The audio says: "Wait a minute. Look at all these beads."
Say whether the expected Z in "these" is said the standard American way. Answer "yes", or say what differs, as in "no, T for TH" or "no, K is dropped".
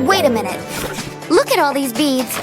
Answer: yes